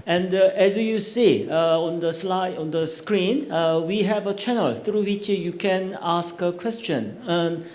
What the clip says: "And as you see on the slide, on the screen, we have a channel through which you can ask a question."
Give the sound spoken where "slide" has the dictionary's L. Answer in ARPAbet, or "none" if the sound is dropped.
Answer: L